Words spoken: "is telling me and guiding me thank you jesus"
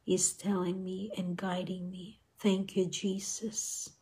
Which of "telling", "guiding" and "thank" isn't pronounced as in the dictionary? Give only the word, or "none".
none